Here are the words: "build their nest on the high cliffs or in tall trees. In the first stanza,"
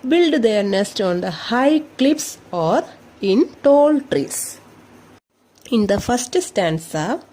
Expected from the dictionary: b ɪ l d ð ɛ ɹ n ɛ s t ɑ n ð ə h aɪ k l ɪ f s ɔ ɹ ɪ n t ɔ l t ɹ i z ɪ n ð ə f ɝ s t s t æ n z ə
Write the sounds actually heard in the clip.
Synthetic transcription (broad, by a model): b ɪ l d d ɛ ɹ n ɛ s t ɑ n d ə h aɪ k l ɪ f s ɔ ɹ ɪ n t ɔ l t ɹ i s ɪ n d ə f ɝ s t s t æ n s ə